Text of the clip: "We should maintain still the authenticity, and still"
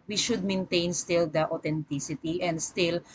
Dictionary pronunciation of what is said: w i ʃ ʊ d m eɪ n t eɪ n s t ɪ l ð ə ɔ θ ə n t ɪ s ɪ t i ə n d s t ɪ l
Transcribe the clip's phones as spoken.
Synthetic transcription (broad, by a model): w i ʃ ʊ d m eɪ n t eɪ n s t ɪ l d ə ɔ t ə n t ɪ s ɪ t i ə n d s t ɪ l